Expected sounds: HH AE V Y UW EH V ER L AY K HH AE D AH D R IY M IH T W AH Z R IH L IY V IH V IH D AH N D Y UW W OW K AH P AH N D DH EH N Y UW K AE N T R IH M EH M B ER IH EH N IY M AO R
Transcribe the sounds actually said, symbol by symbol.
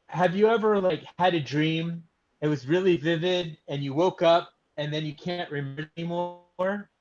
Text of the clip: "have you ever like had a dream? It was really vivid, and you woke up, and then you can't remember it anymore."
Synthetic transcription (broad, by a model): HH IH V Y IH EH V ER L AY K HH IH D AH D R IY M IH T W AH Z R IH L IY V IH V IH D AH N Y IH W OW K AH P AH N DH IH N Y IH K AE N T R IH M M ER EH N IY M AO R